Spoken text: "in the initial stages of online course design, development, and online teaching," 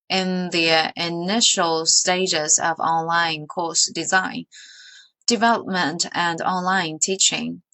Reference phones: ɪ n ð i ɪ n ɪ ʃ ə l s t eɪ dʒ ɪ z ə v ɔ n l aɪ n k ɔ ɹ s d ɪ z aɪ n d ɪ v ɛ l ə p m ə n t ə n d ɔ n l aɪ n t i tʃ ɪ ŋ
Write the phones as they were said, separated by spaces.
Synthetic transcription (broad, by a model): ɪ n ð i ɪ n ɪ ʃ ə l s t eɪ dʒ ɪ z ə v ɔ n l aɪ n k ɔ ɹ s d ɪ z aɪ n d ɪ v ɛ l ə p m ə n t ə n ɔ n l aɪ n t i tʃ ɪ ŋ